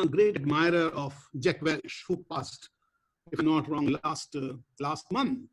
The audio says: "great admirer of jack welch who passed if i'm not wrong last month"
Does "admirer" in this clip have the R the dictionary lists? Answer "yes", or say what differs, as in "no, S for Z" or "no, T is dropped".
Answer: yes